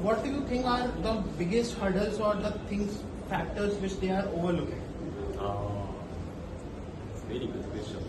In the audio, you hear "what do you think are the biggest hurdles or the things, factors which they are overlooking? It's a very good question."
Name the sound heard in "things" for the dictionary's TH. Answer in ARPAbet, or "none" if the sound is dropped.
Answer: T